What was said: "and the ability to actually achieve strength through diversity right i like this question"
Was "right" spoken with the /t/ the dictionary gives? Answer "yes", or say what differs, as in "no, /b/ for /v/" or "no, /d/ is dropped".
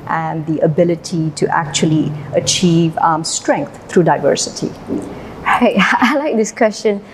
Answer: no, /t/ is dropped